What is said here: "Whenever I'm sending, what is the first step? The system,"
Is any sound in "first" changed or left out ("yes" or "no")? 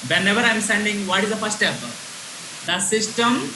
yes